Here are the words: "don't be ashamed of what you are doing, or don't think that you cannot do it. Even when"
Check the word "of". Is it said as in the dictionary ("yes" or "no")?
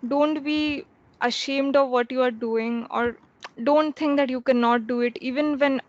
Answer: yes